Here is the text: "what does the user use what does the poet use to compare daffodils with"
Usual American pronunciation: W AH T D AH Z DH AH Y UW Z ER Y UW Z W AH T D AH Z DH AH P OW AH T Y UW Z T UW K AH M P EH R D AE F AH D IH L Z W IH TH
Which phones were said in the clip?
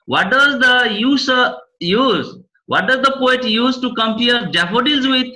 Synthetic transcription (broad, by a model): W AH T D AH Z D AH Y UW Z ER Y UW Z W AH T D AH Z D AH P OW AH T Y UW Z T UW K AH M P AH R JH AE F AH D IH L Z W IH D